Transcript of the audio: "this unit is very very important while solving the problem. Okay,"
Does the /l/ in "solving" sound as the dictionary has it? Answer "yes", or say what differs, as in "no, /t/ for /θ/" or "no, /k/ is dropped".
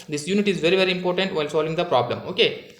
yes